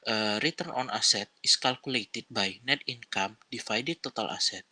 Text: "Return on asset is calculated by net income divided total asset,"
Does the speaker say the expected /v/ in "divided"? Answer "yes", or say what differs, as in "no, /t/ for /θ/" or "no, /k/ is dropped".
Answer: no, /f/ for /v/